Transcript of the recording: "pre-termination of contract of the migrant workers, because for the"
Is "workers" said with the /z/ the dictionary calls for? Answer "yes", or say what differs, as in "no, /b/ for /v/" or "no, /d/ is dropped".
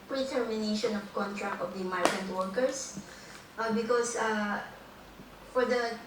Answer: no, /s/ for /z/